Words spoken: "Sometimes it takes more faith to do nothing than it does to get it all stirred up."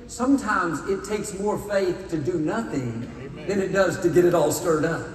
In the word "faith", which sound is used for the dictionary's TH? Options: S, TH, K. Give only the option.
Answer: TH